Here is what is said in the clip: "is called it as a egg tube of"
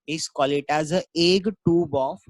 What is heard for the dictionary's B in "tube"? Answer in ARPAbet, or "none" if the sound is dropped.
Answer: B